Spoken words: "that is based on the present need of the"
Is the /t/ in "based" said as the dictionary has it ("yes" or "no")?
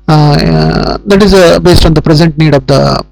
yes